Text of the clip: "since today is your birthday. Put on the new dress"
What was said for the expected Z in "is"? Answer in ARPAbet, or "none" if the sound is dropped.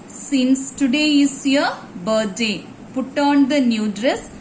S